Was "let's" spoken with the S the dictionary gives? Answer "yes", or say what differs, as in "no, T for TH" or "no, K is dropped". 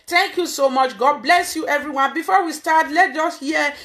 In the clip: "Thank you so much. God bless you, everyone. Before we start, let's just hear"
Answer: no, S is dropped